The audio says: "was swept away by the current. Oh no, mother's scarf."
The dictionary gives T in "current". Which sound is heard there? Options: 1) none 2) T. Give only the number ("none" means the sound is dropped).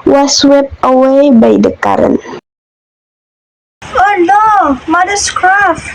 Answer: 1